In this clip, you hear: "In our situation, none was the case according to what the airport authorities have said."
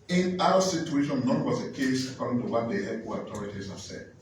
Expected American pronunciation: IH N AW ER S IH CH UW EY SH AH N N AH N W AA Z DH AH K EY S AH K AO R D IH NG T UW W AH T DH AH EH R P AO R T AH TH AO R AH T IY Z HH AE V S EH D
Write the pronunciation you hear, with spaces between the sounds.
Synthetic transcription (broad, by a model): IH N AW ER S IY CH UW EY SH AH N N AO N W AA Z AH K EY S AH K AO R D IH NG T UW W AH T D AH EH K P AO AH T AO R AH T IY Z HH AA S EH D